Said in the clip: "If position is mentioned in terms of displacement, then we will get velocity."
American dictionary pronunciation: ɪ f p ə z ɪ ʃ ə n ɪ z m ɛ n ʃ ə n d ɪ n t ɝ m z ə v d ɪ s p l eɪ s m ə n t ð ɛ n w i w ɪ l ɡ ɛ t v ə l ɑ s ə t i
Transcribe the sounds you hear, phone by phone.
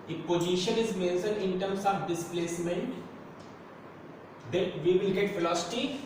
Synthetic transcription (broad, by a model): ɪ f p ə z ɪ ʃ ə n ɪ z m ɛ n s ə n ɪ n t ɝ m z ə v d ɪ s p l eɪ s m ə n t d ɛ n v i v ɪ l ɡ ɛ t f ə l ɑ s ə t i